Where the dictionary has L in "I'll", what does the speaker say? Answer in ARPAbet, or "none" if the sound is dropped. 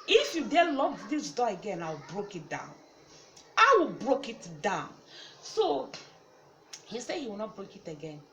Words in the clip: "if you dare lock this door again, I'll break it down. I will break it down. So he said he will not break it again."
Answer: W